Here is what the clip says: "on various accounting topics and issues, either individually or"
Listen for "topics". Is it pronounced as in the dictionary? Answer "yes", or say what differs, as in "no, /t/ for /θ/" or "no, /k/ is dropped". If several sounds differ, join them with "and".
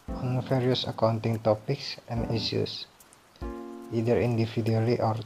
yes